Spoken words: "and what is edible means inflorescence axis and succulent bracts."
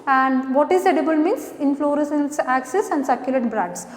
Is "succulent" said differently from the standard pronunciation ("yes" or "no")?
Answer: yes